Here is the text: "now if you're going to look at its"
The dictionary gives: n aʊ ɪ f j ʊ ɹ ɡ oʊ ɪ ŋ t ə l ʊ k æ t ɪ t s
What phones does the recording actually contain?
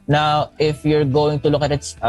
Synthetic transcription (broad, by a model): n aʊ ɪ f j ʊ ɹ ɡ oʊ ɪ ŋ t ə l ʊ k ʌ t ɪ t s